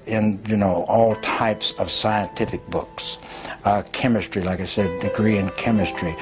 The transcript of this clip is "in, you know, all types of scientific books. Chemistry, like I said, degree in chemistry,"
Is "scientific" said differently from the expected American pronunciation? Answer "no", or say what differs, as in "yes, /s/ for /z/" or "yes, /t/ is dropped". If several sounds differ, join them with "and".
no